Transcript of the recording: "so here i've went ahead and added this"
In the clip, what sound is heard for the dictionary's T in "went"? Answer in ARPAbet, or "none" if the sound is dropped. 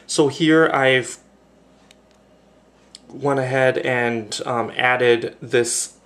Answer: none